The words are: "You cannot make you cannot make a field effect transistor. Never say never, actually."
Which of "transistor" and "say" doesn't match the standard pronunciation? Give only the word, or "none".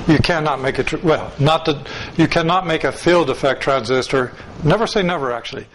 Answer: none